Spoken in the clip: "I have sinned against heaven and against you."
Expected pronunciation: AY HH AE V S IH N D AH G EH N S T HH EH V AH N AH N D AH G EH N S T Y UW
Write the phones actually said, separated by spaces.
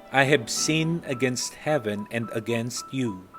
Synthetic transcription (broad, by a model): AY HH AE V S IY N AH G EH N S T HH EH V AH N AH N D AH G EH N S T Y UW